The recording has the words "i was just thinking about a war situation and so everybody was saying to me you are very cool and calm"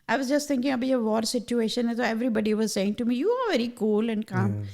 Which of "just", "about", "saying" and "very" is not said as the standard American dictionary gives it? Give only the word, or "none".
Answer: about